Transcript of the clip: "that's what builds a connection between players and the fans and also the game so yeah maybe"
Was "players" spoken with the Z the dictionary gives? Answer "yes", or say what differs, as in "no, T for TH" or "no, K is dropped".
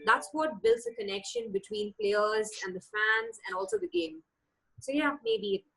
yes